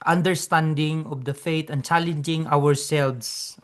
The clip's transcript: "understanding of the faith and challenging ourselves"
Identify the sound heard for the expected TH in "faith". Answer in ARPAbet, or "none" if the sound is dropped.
T